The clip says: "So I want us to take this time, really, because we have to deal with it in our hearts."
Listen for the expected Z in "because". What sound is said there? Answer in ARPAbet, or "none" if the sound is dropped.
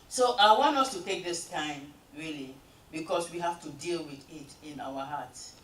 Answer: S